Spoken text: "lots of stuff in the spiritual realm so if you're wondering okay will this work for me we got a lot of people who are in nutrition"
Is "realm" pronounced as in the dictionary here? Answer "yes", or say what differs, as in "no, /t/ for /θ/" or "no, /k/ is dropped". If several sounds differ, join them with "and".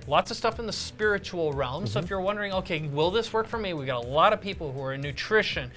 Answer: yes